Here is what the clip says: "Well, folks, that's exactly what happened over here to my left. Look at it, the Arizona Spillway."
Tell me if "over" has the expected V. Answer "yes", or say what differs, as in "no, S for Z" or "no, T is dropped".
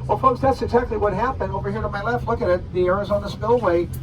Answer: no, W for V